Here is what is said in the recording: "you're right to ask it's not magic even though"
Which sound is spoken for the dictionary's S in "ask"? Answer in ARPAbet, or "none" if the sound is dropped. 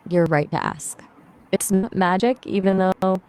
S